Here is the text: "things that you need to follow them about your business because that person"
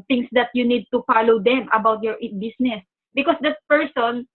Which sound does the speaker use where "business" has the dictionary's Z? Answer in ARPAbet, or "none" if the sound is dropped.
S